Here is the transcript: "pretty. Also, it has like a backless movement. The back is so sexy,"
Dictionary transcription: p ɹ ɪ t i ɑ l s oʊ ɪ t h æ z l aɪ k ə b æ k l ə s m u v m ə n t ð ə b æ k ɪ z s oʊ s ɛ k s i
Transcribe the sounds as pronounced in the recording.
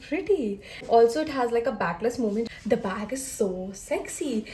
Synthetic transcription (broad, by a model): p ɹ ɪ t i ɑ l s oʊ ɪ t h æ z l aɪ k ə b æ k l ə s m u m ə n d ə b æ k ɪ z s oʊ s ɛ k s i